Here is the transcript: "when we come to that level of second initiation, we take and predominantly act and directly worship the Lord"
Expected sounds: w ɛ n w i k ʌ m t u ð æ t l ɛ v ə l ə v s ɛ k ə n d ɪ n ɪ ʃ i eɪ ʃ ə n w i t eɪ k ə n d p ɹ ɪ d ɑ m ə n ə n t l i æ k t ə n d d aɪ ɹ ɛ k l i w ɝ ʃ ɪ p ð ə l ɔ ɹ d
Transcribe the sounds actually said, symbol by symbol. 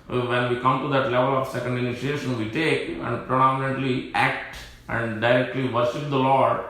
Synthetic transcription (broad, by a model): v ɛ n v i k ʌ m t u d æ t l ɛ v ə l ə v s ɛ k ə n d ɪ n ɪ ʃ i eɪ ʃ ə n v i t eɪ k ə n d p ɹ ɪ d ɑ m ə n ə t l i æ k t ə n d d aɪ ɹ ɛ k l i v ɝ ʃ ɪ p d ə l ɔ ɹ d